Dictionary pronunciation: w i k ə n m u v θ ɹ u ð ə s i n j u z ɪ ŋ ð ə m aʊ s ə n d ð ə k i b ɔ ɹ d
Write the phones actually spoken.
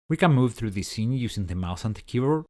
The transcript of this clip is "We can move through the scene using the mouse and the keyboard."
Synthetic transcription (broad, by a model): w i k ə n m u v θ ɹ u ð ə s i n j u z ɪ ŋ ð ə m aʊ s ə n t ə k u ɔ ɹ